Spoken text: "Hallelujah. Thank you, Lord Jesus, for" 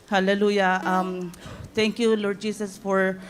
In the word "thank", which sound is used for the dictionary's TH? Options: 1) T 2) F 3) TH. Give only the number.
1